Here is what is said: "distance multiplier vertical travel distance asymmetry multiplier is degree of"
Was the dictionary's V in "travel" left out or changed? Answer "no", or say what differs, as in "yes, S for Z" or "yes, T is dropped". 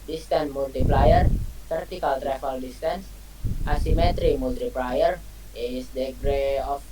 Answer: yes, F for V